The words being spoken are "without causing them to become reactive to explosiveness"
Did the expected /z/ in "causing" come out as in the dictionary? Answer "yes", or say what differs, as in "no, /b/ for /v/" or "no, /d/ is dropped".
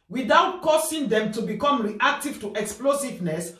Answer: no, /s/ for /z/